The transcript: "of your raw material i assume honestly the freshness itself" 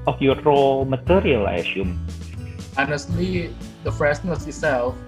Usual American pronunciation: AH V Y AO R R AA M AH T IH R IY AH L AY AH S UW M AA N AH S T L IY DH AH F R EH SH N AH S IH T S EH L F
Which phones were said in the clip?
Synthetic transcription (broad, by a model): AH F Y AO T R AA M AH T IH R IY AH L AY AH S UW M AA N AH S T L IY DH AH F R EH S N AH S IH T S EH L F